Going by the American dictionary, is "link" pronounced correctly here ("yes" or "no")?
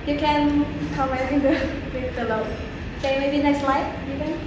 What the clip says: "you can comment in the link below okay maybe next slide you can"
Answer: no